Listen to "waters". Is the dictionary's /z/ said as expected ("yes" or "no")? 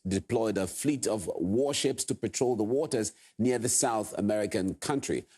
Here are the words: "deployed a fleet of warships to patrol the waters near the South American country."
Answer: yes